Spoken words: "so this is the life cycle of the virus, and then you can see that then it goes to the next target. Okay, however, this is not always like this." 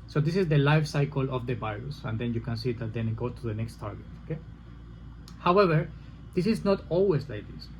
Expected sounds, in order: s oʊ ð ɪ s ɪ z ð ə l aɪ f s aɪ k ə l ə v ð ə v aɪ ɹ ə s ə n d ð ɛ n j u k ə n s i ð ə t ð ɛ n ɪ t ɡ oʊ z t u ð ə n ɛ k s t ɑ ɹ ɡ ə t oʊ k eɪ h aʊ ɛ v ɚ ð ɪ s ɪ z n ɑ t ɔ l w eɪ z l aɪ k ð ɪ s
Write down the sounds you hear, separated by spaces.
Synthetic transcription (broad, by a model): s oʊ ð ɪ s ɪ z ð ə l aɪ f s aɪ k ə l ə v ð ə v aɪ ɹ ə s ə n d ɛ n j u k ə n s i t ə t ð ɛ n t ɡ oʊ t u ð ə n ɛ k s t ɑ ɹ ɡ ə t oʊ k eɪ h aʊ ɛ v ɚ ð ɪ s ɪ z n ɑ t ɔ l w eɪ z l aɪ k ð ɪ s